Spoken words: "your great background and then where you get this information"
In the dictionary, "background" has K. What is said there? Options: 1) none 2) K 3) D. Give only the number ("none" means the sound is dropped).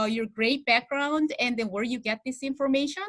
2